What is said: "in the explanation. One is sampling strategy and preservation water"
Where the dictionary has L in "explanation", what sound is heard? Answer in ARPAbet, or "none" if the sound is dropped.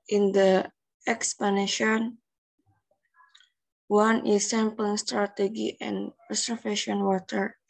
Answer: none